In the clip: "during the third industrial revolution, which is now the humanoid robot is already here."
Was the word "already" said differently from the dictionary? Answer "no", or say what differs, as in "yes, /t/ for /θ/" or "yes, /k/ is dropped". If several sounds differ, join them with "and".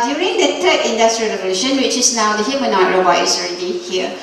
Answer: no